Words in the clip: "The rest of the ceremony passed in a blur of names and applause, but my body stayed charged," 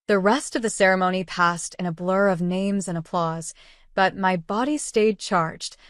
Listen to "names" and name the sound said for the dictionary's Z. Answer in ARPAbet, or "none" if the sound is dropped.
Z